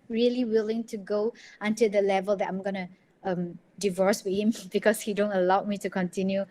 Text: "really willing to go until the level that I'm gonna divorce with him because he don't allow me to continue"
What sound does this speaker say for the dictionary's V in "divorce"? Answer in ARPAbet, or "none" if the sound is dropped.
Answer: V